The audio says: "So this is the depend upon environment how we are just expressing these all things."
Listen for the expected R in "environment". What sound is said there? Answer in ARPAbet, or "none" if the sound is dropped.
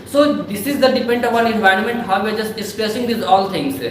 R